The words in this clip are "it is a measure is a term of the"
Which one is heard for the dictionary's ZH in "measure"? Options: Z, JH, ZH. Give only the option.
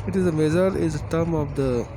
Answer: Z